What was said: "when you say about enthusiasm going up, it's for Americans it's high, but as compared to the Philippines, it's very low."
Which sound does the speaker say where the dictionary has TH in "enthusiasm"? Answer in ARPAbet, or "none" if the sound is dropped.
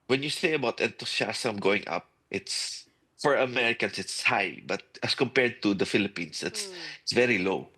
T